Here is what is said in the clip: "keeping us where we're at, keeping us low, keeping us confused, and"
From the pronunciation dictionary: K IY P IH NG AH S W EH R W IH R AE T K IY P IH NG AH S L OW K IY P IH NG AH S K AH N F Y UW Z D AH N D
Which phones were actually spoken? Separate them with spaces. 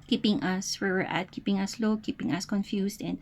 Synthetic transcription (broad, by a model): K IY P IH NG AH S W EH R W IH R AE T K IY P IH NG AH S L OW K IY P IH NG AH S K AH N F Y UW S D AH N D